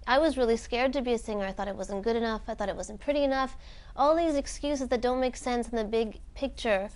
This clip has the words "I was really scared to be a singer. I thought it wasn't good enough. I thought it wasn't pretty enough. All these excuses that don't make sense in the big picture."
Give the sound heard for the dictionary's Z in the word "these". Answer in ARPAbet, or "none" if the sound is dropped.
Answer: Z